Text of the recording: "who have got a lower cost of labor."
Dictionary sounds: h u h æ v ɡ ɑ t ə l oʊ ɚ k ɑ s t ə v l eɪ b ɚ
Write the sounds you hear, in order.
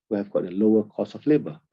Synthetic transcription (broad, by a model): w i h æ v ɡ ɑ t ə l oʊ ɚ k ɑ s ə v l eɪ b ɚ